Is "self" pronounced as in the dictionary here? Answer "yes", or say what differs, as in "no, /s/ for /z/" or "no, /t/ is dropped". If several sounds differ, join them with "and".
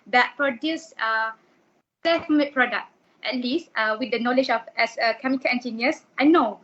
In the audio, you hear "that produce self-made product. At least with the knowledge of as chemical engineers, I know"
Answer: no, /l/ is dropped